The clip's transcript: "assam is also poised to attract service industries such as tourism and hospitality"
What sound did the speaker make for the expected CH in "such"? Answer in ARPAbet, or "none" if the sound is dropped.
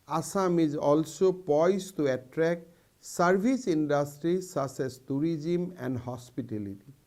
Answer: S